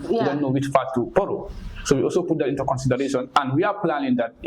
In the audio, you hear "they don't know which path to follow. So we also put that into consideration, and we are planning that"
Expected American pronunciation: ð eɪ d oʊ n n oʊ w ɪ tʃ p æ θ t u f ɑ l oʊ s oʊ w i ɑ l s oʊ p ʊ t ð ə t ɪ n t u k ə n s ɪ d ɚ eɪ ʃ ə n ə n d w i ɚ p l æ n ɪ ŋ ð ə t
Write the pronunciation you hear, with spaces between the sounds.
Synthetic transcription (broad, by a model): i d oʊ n n oʊ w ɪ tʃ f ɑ t t u p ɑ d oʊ s oʊ w i ɑ l s oʊ p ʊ t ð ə t ɪ n t u k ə n s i d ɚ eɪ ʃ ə n ə n d w i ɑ p l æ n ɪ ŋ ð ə t